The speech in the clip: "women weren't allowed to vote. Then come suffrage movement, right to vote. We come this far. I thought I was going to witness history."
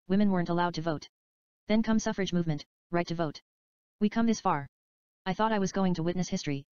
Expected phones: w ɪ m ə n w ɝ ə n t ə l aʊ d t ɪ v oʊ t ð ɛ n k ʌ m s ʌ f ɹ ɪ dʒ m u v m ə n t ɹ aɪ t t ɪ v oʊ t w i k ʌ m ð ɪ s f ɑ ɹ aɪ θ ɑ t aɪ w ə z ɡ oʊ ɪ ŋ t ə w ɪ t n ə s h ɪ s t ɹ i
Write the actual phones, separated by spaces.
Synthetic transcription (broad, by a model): w ɪ m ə n w ɝ ə n t ə l aʊ d t ɪ v oʊ t ð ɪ n k ʌ m s ʌ f ɹ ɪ dʒ m u v m ə n t ɹ aɪ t t ɪ v oʊ t w i k ʌ m ð ɪ s f ɑ ɹ aɪ θ ɑ t aɪ w ə z ɡ oʊ ɪ ŋ t ə w ɪ t n ə s h ɪ s t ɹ i